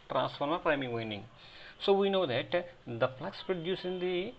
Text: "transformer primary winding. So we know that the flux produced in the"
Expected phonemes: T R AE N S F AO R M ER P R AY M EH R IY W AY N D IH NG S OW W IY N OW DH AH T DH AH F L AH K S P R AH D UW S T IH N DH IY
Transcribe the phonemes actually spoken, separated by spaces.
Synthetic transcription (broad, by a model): T R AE N S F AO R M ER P R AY M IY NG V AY N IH NG S OW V IY N OW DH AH T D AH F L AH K S P R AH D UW S IH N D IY